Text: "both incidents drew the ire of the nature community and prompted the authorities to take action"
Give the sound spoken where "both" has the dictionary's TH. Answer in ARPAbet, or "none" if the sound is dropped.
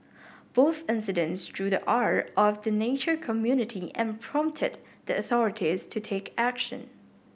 TH